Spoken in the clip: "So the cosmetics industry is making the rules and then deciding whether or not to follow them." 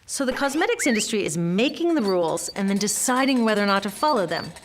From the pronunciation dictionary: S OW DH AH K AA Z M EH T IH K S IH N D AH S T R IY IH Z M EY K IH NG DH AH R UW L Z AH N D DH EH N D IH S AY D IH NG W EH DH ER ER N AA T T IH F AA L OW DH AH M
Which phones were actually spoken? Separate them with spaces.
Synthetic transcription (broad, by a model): S OW DH AH K AA Z M EH T IH K S IH N D AH S T R IY IH Z M EY K IH NG DH AH R UW L Z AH N DH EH N D IH S AY D IH NG W EH DH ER ER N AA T T IH F AA L OW DH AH M